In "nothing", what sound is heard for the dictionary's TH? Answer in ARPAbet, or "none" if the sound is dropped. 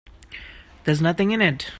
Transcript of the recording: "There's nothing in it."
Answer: TH